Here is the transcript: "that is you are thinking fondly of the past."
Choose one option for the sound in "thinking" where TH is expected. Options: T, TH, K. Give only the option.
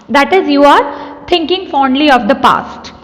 T